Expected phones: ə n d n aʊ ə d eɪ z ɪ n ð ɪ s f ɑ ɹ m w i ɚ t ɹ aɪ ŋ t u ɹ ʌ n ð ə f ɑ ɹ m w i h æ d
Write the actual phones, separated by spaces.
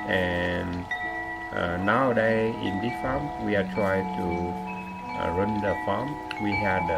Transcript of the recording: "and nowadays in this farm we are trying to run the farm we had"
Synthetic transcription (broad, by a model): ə n n aʊ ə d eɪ ɪ n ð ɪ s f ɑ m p w i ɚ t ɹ aɪ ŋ t u ɹ ʌ n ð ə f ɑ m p w i h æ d